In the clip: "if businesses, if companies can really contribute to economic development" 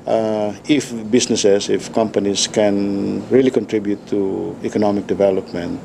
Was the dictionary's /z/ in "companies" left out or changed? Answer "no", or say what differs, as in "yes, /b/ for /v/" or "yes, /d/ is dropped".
yes, /s/ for /z/